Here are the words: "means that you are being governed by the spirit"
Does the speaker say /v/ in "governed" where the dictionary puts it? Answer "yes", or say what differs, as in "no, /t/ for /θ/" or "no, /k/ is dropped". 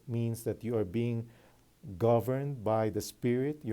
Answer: yes